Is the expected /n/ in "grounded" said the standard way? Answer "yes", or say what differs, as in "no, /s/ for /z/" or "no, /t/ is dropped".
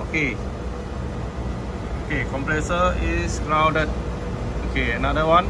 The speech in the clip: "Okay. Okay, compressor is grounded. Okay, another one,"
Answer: no, /n/ is dropped